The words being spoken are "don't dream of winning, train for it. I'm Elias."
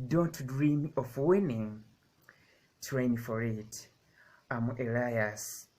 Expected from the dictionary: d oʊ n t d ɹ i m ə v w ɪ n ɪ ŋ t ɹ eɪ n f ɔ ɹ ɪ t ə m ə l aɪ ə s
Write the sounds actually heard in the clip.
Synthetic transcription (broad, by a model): d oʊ n t d ɹ i m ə f w ɪ n ɪ ŋ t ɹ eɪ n f ɔ ɹ ɪ t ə m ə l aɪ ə s